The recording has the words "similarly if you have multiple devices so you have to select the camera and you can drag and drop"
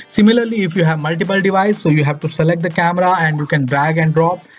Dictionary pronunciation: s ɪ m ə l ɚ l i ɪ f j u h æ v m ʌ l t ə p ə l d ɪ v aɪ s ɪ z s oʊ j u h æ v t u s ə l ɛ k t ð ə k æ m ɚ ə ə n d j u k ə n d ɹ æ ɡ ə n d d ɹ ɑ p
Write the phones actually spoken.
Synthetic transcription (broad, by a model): s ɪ m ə l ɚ l i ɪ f j u h æ v m ʌ l t ə p ə l d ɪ v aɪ ɪ s oʊ j u h æ v t u s ə l ɛ k t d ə k æ m ɚ ə ə n d j u k ə n d ɹ æ ɡ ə n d d ɹ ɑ p